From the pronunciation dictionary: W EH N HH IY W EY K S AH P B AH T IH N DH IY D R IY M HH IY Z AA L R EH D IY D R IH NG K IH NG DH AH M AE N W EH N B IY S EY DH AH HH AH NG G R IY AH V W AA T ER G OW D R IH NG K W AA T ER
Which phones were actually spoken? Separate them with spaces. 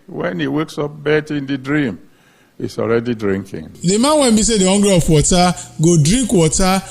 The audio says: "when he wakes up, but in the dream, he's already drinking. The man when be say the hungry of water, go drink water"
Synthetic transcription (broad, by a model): W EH N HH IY W EY K S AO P B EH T IH N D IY D R IY M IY S AA L R EH D IY D R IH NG K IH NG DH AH M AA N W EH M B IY S EY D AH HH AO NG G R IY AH P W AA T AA G OW D R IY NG K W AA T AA